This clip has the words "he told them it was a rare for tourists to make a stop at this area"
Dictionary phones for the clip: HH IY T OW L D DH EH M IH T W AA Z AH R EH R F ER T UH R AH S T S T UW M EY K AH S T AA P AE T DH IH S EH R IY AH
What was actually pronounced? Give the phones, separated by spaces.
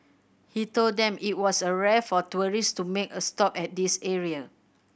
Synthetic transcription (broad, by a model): HH IY T OW L D EH M IH T W AA S AH R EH F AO T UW R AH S S T UW M EY K AH S T AA P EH T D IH S EH R IY AH